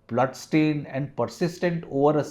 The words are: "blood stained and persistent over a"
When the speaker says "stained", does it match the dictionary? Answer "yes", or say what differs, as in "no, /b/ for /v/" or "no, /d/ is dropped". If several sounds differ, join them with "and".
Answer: no, /d/ is dropped